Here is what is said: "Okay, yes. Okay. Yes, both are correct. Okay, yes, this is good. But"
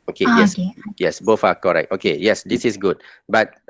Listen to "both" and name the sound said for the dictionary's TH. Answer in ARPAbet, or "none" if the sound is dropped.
F